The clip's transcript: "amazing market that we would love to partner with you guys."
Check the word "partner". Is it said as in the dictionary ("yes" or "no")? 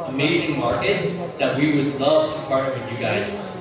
no